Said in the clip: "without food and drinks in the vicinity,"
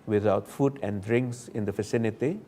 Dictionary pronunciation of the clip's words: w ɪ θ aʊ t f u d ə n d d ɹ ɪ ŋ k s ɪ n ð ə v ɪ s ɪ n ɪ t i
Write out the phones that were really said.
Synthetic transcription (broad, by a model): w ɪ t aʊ t f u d ə n d d ɹ ɪ ŋ k s ɪ n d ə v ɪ s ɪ n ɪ t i